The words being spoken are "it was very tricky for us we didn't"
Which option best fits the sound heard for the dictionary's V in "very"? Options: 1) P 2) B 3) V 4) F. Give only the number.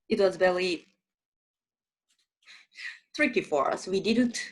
2